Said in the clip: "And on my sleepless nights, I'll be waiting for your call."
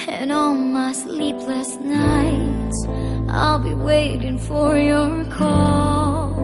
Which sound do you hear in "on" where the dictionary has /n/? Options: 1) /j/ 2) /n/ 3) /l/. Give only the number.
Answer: 3